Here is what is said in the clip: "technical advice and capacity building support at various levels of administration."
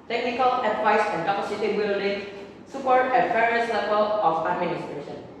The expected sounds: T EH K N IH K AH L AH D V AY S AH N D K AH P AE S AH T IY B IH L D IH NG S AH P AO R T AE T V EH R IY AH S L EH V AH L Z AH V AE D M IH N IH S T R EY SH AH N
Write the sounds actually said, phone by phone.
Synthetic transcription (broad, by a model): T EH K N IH K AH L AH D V AY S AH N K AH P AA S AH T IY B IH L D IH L S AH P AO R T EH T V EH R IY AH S L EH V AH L AH P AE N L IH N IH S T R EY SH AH N